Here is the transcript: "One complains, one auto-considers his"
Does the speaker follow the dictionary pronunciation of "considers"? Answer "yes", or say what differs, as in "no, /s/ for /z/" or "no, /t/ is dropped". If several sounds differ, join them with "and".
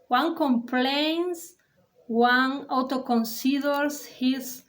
no, /s/ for /z/